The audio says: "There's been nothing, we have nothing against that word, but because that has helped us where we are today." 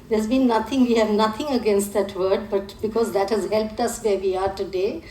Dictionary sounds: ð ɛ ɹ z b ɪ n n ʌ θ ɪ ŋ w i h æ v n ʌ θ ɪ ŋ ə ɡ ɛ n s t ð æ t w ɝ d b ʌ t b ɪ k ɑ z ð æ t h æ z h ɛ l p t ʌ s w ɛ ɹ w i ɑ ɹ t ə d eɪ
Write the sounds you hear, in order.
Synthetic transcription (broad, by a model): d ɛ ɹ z b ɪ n n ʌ t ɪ ŋ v i h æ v n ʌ t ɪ ŋ ə ɡ ɛ n s t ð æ t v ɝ d b ʌ t b ɪ k ɑ z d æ t h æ z h ɛ l p t ʌ s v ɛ ɹ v i ɑ ɹ t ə d eɪ